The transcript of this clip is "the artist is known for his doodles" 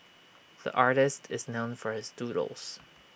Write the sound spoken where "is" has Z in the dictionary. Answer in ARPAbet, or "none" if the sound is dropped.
Z